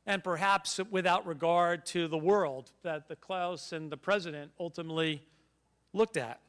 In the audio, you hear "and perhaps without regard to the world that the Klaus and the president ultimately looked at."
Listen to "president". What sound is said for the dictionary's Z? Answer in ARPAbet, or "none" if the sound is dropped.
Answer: Z